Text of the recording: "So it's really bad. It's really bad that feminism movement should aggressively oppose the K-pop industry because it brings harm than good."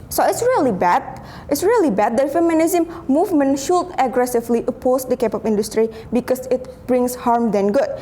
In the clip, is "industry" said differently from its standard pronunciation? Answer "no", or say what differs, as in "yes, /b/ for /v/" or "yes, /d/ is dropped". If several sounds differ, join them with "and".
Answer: no